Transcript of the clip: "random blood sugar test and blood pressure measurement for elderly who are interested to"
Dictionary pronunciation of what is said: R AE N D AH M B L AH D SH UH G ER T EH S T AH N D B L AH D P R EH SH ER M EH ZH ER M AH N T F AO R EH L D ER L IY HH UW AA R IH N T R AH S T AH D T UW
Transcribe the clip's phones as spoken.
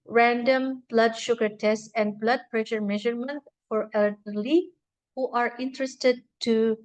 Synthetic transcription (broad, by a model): R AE N D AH M B L AH D SH UH G ER T EH S T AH N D B L AH D P R EH SH ER M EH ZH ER M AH N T F AO R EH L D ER L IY HH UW AA R IH N T R AH S T AH D T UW